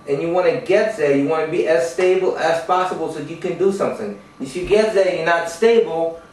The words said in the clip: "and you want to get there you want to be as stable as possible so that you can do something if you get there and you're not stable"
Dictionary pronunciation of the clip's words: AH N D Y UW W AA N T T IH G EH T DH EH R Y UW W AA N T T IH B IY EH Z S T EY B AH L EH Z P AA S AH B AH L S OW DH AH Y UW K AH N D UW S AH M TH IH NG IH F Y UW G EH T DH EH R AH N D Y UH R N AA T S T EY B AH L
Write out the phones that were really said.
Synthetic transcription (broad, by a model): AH N Y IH W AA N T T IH G EH T DH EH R Y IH W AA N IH B IY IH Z S T EY B L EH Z P AA S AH B L S OW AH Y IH K AH N D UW S AH M TH IH NG IH F Y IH G EH T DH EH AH Y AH R N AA T S T EY B L